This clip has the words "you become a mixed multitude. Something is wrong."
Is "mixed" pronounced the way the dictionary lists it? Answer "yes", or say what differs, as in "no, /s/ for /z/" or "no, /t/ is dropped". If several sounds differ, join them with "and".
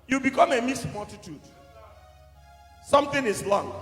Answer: no, /k/ is dropped